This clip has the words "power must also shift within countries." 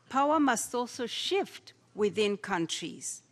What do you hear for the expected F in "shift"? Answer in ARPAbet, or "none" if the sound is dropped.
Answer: F